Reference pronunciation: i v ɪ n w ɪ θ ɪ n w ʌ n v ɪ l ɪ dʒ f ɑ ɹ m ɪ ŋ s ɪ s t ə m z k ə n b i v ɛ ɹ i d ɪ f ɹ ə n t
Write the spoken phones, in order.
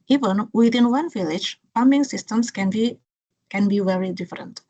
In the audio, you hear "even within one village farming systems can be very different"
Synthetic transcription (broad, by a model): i v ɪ n w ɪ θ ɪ n w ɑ n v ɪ l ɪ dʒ p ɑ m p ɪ ŋ s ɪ s t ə m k k ə n b i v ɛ ɹ i d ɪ f ɹ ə n t